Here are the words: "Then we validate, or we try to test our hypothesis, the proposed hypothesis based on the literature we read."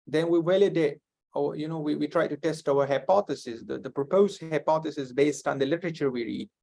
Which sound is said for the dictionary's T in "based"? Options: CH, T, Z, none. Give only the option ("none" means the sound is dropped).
T